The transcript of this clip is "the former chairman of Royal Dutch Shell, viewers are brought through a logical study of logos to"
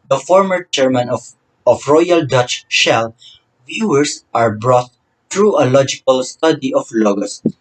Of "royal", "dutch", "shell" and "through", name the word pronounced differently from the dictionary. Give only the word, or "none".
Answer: through